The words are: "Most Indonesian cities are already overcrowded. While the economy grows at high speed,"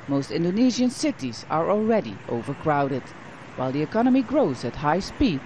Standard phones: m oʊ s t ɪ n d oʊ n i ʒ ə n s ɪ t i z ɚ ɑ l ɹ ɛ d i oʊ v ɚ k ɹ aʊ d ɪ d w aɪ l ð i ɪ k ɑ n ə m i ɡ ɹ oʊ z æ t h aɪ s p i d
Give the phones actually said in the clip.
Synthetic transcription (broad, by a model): m oʊ s t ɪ n d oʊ n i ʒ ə n s ɪ t i z ɚ ɑ l ɹ ɛ d i oʊ v ɚ k ɹ aʊ d ɪ d w aɪ l ð i ɪ k ɑ n ə m i ɡ ɹ oʊ z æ t h aɪ s p i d